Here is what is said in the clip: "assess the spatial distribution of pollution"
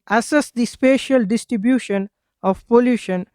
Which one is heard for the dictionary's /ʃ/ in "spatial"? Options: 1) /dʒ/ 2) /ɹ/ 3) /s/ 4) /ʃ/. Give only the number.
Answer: 4